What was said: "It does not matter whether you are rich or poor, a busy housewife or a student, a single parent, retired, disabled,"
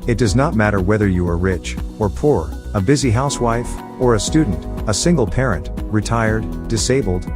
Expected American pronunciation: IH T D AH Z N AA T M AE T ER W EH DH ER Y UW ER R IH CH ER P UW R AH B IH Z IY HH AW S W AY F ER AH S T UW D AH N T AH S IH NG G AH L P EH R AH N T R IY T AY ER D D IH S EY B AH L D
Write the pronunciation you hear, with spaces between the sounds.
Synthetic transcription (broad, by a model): IH T D AH Z N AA T M AE T ER W EH DH ER Y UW ER R IH CH ER P UW R AH B IH Z IY HH AW S W AY F ER AH S T UW D N T AH S IH NG G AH L P EH R AH N T R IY T AY ER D D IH S EY B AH L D